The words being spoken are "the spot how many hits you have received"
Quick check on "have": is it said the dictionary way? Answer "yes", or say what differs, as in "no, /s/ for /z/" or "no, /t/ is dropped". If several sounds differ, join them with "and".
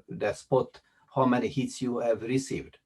yes